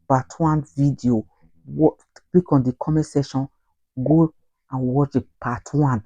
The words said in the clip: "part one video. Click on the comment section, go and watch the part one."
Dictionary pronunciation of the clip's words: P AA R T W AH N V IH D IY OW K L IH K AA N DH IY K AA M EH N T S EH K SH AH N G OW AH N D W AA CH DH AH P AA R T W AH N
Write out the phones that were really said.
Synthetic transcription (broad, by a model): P AA T W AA N V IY D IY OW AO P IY K AA N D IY K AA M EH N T S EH SH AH N G OW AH N W AA CH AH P AA T W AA N